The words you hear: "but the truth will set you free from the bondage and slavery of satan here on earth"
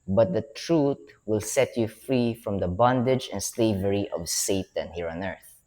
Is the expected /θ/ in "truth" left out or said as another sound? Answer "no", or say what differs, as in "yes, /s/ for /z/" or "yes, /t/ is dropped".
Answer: yes, /t/ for /θ/